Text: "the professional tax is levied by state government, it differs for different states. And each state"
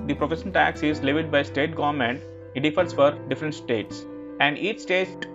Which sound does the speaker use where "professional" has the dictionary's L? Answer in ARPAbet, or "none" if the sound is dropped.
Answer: N